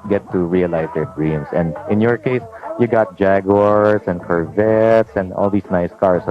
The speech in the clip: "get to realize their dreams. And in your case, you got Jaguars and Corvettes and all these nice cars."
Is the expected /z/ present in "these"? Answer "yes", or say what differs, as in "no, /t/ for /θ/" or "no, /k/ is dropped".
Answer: no, /s/ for /z/